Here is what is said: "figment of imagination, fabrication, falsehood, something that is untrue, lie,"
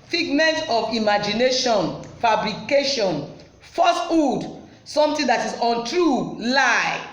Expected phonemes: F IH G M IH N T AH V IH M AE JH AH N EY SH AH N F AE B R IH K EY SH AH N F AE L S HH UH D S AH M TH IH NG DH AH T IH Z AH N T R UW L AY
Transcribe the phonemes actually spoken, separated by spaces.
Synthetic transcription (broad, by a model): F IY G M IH N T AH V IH M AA JH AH N EY SH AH N F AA B R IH K EY SH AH N F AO S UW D S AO M T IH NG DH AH T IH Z AH N T R UW L AY